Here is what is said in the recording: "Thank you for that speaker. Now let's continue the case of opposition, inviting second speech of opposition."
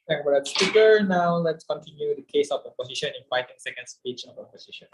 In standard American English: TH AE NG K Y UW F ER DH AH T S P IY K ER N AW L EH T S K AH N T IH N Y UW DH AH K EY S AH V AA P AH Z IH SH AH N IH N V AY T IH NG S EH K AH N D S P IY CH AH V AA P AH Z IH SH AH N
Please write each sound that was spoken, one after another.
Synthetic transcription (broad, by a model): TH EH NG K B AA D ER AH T S P IY K ER N AW L EH T S K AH N T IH N Y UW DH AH K EY S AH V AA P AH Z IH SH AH N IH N F AY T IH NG S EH K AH N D S P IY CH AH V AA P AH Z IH SH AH N